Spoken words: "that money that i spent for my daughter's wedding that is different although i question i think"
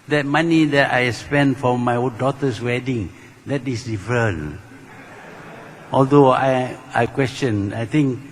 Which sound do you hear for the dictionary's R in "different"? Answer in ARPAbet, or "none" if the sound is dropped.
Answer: none